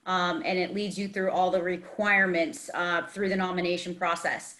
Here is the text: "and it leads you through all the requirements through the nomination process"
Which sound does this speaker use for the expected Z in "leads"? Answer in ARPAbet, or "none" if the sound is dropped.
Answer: Z